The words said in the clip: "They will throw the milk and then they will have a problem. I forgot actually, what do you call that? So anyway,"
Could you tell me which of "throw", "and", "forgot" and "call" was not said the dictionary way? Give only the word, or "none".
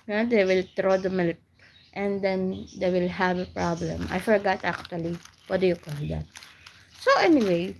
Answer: throw